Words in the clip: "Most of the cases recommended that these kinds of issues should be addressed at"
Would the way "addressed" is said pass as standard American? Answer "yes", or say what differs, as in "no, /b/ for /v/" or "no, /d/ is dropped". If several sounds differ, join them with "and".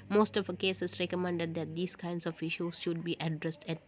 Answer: yes